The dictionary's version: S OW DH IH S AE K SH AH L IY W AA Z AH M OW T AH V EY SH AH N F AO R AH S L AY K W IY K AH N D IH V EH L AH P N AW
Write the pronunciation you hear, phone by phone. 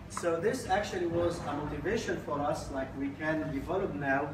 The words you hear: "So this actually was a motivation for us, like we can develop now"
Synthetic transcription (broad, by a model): S OW DH IH S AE K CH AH L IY W AA Z AH M OW T AH V EY SH AH N F AO R AH S L AY K W IY K AH N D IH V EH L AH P N AW